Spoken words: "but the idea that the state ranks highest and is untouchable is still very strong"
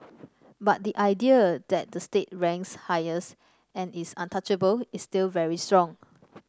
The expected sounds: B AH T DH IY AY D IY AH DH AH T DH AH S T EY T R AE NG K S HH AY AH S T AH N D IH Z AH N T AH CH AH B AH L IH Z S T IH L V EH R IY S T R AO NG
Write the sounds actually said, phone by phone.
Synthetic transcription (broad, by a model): B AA T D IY AY D IY AH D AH T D AH S T EY T R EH NG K S HH AY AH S AH N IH S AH N T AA CH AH B AH L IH S T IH L V EH R IY S T R AO NG